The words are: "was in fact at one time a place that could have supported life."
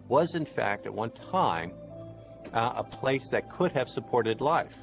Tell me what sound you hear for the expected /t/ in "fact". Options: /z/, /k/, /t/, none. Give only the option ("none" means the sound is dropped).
/t/